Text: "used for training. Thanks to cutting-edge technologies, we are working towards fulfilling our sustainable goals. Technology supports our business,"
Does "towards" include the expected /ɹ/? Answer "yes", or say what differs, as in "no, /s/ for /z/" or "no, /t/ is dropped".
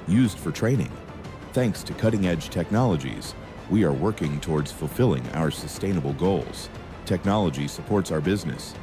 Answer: yes